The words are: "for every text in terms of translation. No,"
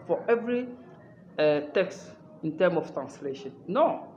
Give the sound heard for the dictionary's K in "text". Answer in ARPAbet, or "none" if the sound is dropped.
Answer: K